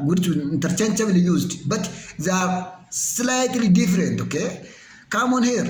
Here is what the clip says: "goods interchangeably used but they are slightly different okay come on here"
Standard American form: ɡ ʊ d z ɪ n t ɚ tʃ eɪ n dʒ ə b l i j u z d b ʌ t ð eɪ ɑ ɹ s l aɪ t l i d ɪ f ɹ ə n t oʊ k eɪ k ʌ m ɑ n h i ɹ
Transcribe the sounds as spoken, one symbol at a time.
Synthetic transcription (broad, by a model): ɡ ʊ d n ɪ n t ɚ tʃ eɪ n tʃ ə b l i j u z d b ʌ t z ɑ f s l aɪ t l i d ɪ f ɹ ə n t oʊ k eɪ k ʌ m ɑ n h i ɹ